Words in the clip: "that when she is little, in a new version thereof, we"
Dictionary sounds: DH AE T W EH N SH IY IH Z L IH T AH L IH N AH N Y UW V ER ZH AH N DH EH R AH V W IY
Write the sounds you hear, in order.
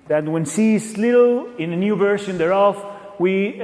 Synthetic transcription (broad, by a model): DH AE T W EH N S IY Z L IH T L IH N AH N Y UW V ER SH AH N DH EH R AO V W IY